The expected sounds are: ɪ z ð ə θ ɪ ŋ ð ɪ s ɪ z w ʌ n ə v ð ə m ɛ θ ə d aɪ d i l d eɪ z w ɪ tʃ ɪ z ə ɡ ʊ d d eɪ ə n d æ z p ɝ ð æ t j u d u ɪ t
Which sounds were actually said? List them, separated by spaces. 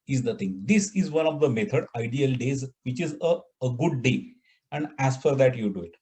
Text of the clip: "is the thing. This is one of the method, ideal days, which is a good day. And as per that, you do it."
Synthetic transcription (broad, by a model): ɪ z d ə t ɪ ŋ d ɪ s ɪ z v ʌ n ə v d ə m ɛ t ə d aɪ d i l d eɪ z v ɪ tʃ ɪ z ə ɡ ʊ d d eɪ ə n d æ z f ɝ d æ t j u d u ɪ t